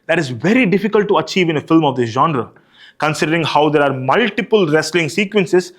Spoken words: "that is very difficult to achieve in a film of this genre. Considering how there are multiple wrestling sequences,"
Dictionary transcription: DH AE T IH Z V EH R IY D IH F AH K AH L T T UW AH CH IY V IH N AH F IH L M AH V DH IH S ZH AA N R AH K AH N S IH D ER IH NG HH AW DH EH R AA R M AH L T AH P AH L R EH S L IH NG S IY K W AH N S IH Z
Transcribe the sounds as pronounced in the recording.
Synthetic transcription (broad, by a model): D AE T IH Z V EH R IY D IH F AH K AH L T T UW AH CH IY V IH N AH F IH L M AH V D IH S ZH AA N R AH K AH N S IH D ER IH NG HH AW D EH R AA R M AH L T AH P AH L R EH S L IH NG S IY K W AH N S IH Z